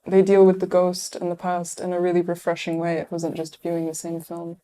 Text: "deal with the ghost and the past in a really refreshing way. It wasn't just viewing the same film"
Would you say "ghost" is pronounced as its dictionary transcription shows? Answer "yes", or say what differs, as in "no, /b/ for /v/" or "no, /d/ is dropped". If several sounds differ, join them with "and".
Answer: yes